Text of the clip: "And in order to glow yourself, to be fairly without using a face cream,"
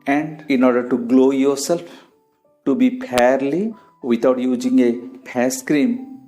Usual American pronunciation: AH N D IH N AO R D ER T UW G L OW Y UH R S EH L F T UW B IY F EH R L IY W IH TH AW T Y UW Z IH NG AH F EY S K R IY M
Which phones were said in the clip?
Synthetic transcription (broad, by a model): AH N D IH N AO R D ER T UW G L OW Y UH R S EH L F T UW B IY P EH R L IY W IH T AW T Y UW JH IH NG AH P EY S K R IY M